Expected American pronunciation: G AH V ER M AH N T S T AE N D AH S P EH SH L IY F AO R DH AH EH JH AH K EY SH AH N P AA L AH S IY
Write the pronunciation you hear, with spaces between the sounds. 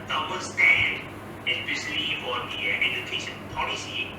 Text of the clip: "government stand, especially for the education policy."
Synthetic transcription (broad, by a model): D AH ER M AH S T AE N D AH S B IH S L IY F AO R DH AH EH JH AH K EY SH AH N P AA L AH S IY